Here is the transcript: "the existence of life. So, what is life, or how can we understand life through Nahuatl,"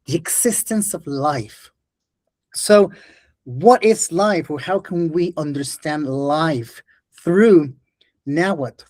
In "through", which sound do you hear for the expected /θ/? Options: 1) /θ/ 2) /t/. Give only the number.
1